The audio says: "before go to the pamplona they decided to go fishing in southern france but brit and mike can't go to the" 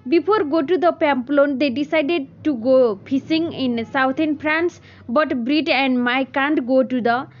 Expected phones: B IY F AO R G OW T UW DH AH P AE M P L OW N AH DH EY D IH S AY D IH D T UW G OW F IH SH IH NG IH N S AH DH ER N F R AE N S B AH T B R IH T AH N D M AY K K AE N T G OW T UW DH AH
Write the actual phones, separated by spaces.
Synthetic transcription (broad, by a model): B IY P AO R G OW T UW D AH P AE M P L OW N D EY D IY S AY D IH D T UW G OW P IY S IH NG IH N S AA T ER N P R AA N S B AH T B R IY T AH N D M AY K K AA N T G OW T UW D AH